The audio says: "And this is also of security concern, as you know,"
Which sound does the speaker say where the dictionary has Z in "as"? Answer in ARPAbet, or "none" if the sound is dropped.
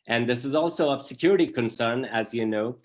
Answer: Z